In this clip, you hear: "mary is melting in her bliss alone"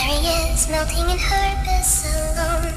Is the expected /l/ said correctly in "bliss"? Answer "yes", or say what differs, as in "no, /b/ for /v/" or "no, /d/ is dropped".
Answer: no, /l/ is dropped